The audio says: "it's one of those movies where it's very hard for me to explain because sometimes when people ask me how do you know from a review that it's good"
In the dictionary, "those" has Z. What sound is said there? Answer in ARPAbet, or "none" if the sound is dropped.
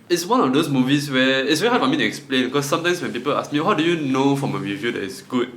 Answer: S